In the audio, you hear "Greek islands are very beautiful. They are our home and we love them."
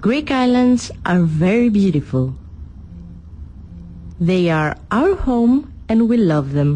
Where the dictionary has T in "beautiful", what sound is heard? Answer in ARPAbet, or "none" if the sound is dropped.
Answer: T